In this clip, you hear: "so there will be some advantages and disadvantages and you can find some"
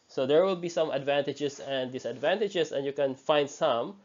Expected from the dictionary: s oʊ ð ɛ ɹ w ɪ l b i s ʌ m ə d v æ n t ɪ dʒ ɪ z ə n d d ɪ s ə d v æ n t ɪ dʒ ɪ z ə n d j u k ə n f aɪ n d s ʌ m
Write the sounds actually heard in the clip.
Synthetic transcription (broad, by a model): s oʊ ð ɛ ɹ w ɪ l b i s ʌ m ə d v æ n t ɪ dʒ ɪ s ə n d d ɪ s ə d v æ n t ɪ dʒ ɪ s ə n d j u k ə n f aɪ n d s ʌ m